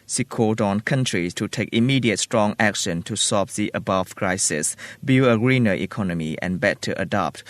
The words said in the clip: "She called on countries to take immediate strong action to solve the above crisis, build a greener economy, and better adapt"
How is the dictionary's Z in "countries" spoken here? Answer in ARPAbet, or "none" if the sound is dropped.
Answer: S